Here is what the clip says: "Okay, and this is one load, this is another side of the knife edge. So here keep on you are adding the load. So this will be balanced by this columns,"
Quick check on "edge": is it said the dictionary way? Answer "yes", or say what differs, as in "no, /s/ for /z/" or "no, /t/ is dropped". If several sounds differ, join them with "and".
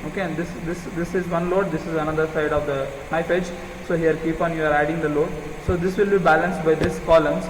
yes